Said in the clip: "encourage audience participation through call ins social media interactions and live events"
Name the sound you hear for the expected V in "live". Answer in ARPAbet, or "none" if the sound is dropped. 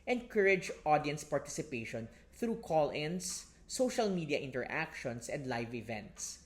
V